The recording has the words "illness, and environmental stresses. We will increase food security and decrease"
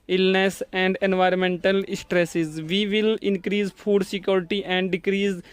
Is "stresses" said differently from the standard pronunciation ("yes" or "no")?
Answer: no